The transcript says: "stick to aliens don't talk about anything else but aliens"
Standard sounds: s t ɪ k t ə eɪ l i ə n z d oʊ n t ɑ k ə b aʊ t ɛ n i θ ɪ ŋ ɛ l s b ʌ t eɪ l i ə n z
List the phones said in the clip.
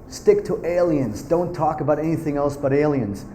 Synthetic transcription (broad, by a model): s t ɪ k t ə eɪ l i ə n z d oʊ n t ɑ k ə b aʊ t ɛ n i θ ɪ ŋ ɛ l s b ʌ t eɪ l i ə n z